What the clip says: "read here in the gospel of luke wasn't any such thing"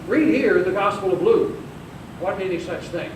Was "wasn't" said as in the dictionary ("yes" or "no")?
no